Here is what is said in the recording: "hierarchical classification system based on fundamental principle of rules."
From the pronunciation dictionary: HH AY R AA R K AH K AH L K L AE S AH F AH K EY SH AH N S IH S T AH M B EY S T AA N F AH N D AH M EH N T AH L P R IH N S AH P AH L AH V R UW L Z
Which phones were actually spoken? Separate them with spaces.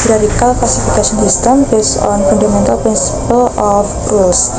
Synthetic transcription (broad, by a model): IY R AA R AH K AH L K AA S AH F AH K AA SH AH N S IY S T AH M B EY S AA N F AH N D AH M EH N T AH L P R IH N S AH P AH L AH F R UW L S